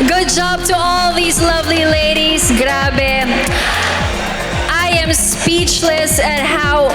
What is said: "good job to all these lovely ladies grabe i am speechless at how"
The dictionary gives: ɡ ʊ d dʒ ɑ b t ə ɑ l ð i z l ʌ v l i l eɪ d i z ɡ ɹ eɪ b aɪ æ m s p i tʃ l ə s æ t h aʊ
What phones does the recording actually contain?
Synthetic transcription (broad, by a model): ɡ ʊ d dʒ ɑ b t ə ɑ l ð i z l ʌ v l i l eɪ d i z ɡ ɹ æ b aɪ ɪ m s p i tʃ l ə s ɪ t h aʊ